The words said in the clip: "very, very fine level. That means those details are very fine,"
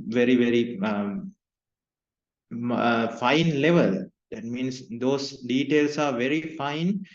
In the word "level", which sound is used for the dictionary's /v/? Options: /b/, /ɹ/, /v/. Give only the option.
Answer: /v/